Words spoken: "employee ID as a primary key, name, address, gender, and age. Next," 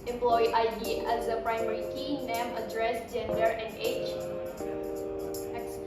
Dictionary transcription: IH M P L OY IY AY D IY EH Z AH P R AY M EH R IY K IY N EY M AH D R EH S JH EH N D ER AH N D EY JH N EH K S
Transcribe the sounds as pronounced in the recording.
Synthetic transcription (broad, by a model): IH M P L OY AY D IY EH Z AH P R AY M EH R IY K IY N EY M AH D R EH S JH EH N D ER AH N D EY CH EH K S